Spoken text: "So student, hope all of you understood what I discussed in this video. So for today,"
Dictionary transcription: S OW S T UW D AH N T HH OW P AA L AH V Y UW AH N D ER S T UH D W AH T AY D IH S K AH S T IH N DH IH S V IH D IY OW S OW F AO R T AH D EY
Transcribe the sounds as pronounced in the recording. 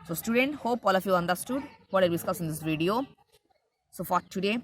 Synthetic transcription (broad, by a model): S OW S T UW D AH N T HH OW P AA L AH F Y UW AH N D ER S T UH D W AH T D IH S K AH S IH N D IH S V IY D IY OW S OW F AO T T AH D EY